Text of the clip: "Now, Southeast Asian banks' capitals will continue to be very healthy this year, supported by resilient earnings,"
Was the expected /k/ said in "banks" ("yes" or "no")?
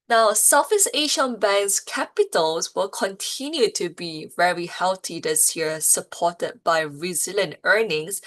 no